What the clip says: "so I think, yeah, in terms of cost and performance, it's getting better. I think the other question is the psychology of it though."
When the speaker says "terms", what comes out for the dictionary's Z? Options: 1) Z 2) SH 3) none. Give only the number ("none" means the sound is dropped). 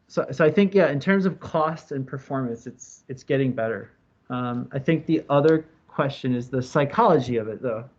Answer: 1